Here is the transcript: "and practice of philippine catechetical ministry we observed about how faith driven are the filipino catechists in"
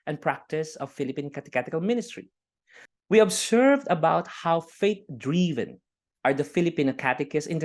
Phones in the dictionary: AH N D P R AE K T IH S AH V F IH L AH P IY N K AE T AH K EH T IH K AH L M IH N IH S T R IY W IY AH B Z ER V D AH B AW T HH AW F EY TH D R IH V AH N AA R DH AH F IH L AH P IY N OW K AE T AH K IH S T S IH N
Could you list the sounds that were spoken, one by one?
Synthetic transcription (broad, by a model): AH N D P R AE K T IH S AH V F IH L AH P IY N K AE T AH K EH T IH K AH L M IH N IH S T R IY W IY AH B S ER V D AH B AW T HH AW F EY T D R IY V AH N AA R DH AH F IH L AH P IY N OW K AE T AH K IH S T IH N